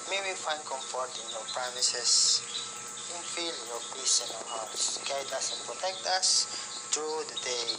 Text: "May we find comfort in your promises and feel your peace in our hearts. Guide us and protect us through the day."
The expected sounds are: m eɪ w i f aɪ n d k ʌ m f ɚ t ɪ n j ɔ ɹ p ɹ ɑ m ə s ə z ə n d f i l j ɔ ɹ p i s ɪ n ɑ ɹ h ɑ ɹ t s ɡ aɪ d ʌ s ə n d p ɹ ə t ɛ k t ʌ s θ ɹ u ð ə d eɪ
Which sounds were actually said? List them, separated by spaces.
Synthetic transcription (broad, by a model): m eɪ w i f aɪ n d k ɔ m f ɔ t ɪ n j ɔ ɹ p ɹ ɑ m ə s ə s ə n f i l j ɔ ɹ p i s ɪ n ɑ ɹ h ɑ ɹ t s ɡ aɪ d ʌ s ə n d p ɹ ə t ɛ k t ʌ s t ɹ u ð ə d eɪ